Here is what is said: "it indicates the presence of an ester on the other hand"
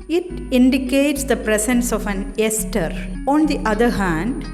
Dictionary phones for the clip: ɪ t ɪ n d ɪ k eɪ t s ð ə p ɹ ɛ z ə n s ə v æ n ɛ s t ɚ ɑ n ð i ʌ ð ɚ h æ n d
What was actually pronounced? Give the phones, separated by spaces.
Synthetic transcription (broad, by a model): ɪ t ɪ n d ɪ k eɪ t s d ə p ɹ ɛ s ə n s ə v æ n ɛ s t ɚ ɑ n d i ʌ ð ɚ h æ n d